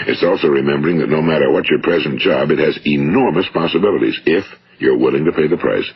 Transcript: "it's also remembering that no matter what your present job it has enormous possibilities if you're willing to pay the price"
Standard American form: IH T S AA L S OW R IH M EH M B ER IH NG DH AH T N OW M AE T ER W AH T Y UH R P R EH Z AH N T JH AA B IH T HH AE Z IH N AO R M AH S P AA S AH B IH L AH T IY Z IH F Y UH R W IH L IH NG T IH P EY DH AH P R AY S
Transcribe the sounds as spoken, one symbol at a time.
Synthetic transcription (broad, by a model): IH T S AA L S OW R IH M EH M B ER IH NG DH AH T N OW M AE T ER W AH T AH R P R EH Z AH N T JH AA B IH T HH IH Z IH N AO R M AH S P AA S AH B IH L AH T IY Z IH F Y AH R W IH L IH NG T IH P EY DH AH P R AY S